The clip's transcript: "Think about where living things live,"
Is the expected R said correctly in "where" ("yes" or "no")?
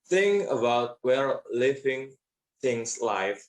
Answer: no